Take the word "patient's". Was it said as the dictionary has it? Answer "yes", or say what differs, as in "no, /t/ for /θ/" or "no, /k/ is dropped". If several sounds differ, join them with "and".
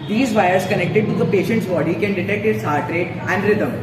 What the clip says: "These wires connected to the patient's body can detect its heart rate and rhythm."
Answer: yes